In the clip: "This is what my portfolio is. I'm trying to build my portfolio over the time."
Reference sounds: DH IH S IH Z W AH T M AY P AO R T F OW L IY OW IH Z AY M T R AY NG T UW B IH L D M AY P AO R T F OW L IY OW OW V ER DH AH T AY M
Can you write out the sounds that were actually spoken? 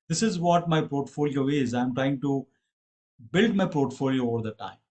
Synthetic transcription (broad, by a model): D IH S IH Z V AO T M AY P AO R T F OW L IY OW IH Z AY M T R AY NG T UW B IH L D M AY P AO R T F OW L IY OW OW V ER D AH T AY M